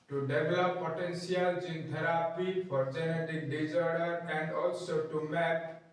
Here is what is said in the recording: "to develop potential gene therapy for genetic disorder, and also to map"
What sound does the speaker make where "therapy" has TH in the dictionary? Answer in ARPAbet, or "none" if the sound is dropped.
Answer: T